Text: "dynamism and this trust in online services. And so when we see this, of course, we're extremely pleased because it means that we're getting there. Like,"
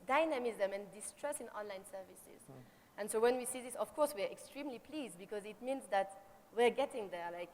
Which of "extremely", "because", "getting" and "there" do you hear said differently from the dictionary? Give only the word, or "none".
none